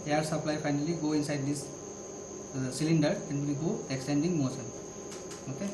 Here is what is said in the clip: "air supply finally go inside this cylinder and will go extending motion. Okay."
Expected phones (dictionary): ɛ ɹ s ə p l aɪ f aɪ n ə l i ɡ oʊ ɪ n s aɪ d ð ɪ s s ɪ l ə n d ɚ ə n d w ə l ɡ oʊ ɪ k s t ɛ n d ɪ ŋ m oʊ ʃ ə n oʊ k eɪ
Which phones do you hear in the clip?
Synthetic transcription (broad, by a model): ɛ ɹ s ə p l aɪ f aɪ n ə l i ɡ oʊ ɪ n s aɪ d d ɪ s s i l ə n d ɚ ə n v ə ɡ oʊ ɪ k s t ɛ n d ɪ ŋ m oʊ s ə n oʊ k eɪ